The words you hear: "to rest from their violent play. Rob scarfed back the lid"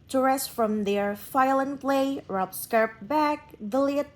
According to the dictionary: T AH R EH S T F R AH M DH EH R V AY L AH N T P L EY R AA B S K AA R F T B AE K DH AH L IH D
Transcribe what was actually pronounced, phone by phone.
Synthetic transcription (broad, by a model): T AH R EH S T F R AH M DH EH R F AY L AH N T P L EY R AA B S K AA R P B AE K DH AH L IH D